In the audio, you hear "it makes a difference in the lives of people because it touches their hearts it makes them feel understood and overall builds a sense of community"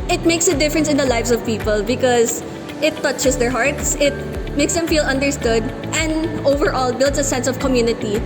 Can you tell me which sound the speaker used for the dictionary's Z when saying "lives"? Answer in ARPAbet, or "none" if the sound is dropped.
S